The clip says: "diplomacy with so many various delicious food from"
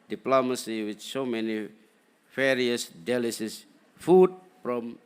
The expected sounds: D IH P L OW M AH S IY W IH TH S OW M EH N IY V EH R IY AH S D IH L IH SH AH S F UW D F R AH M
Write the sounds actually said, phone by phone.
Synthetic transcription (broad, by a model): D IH P L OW M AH S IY W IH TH S OW M EH N IY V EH R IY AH S D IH L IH S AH S F UW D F R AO M